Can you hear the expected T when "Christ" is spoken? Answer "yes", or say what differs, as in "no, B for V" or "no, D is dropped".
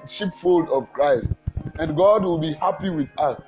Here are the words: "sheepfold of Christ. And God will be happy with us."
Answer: yes